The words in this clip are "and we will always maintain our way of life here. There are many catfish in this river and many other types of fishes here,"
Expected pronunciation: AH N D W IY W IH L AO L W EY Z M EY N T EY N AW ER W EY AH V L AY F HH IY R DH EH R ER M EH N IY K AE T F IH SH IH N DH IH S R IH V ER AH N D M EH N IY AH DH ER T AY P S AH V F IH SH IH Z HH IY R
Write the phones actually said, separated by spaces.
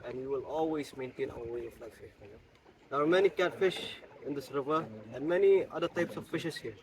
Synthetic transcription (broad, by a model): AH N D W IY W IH L AO L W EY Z M EY N T EY N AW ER W EY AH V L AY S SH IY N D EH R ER M EH N IY K AE T F IH SH IH N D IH S R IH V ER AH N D M EH N IY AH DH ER T AY P S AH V F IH SH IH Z HH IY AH